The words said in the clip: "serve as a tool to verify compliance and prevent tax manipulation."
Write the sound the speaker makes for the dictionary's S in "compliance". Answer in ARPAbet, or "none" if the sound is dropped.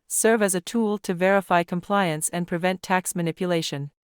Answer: S